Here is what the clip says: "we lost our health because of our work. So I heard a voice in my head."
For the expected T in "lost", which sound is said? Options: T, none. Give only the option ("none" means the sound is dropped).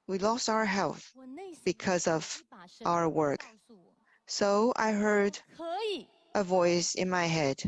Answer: T